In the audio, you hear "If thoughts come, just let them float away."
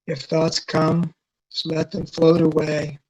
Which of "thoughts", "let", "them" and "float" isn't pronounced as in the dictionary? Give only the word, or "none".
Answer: none